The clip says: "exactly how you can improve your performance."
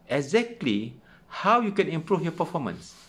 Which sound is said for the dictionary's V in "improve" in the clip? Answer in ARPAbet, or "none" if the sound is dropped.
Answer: F